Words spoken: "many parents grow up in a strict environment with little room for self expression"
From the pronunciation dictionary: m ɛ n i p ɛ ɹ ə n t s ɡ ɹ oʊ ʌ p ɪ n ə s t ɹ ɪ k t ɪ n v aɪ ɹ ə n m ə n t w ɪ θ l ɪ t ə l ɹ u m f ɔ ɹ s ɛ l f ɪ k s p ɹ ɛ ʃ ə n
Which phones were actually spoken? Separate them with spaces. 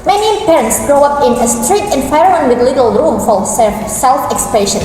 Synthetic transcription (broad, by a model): m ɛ n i p ɛ ɹ ə n t s ɡ ɹ oʊ ʌ p ɪ n ə s t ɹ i t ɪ n f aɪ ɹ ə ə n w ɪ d l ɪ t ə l ɹ u m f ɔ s s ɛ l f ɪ k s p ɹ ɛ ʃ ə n